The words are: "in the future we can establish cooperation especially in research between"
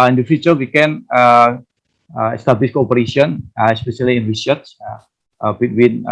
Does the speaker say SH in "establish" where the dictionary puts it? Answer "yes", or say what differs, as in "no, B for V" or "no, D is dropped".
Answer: no, S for SH